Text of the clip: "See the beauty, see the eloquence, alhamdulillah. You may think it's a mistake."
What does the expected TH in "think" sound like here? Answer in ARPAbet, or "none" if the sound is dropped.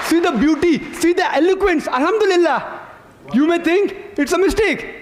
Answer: T